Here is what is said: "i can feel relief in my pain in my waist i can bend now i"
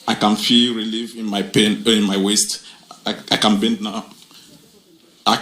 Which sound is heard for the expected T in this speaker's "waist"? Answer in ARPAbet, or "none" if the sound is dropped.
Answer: T